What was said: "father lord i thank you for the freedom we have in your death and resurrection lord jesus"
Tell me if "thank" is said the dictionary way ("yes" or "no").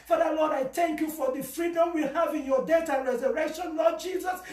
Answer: yes